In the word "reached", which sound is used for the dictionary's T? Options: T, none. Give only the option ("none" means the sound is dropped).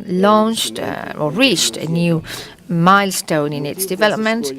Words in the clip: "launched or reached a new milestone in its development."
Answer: T